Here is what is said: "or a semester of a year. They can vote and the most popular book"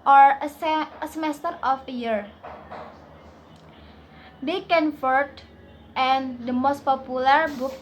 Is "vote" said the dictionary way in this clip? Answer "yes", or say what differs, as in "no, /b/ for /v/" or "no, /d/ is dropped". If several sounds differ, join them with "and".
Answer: no, /f/ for /v/